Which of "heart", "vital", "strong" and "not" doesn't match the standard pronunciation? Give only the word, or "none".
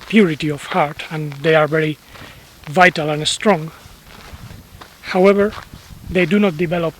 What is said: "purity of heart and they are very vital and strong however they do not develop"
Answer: none